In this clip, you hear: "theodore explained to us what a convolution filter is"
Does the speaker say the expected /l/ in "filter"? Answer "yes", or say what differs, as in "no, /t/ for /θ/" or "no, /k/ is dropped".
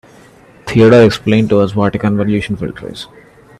yes